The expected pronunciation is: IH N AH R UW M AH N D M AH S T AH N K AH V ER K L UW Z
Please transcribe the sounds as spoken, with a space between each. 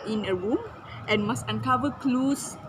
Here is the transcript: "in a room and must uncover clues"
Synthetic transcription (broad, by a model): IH N AH R UW M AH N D M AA S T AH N K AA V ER K L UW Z